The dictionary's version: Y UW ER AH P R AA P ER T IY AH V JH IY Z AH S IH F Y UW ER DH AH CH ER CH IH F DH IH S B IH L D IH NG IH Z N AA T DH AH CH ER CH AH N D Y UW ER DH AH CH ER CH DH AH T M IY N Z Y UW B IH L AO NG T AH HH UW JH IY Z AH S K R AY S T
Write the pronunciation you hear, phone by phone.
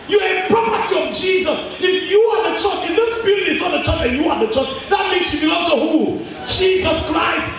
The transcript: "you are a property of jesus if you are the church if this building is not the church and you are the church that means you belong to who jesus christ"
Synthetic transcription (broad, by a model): Y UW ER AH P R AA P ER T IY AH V JH IY Z AH S IH F Y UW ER DH AH CH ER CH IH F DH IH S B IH D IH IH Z N AA T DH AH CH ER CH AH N Y UW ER DH AH CH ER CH DH AH T M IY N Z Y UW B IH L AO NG T AH HH UW JH IY Z AH S K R AY S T